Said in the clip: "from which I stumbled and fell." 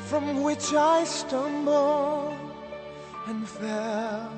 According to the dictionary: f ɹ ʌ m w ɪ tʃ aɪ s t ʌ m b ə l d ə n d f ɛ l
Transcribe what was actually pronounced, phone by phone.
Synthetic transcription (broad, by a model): f ɹ ʌ m w ɪ tʃ aɪ s t ʌ m b l ə n f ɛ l